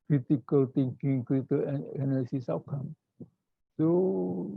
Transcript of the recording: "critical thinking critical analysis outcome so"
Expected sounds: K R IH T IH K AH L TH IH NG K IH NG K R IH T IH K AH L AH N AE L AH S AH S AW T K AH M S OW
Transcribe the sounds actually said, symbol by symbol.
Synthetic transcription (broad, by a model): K R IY T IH K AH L T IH NG K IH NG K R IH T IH AH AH N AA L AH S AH S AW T K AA M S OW